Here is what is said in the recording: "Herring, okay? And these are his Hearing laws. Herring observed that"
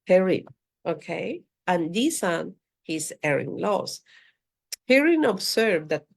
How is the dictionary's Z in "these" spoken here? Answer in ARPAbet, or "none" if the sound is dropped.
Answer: S